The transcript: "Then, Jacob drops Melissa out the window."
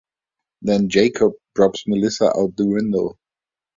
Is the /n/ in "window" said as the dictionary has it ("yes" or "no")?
yes